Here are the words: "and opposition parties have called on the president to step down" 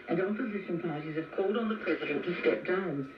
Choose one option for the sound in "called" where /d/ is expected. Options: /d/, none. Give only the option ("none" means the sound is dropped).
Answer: /d/